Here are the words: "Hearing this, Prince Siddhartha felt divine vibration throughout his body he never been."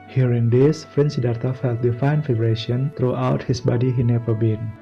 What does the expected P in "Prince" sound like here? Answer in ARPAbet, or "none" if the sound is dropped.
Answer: F